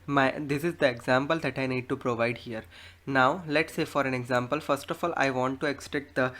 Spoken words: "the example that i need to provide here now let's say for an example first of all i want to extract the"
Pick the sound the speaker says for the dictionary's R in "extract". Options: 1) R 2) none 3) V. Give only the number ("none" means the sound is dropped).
2